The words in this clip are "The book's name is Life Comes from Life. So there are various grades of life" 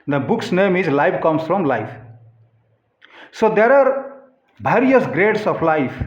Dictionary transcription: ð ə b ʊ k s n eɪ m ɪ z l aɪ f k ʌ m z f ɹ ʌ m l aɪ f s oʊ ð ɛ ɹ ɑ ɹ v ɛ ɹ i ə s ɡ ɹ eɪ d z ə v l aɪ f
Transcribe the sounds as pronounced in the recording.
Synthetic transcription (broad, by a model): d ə b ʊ k s n eɪ m ɪ z l aɪ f k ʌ m s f ɹ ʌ m l aɪ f s oʊ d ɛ ɹ ɑ ɹ b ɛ ɹ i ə s ɡ ɹ eɪ d s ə p l aɪ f